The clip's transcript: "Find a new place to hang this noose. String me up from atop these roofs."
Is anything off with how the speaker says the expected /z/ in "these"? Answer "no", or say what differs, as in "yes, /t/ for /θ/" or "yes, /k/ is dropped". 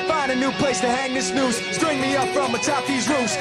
no